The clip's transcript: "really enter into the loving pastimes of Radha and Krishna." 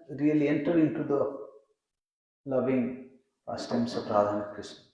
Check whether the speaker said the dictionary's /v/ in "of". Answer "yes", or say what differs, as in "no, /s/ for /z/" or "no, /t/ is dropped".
no, /p/ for /v/